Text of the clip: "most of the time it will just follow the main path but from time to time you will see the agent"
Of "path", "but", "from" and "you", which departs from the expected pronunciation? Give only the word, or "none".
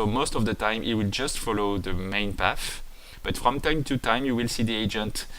path